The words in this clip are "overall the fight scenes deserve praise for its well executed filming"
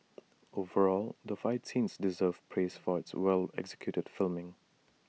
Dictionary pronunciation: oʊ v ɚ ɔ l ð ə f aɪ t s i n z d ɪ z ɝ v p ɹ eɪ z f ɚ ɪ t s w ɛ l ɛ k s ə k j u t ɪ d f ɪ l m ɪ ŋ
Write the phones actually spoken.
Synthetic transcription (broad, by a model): oʊ v ɚ ɔ l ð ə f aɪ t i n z d ɪ z ɝ v p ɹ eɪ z f ɚ ɪ t s w ɛ l ɛ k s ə k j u t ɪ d f ɪ l m ɪ ŋ